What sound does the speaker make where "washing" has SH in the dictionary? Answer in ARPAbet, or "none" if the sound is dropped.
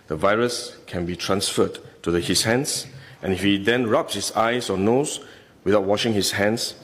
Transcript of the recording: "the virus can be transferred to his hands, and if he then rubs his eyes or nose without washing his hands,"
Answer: SH